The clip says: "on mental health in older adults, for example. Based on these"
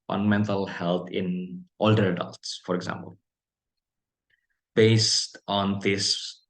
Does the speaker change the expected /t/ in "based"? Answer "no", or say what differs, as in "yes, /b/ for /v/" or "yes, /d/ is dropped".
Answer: no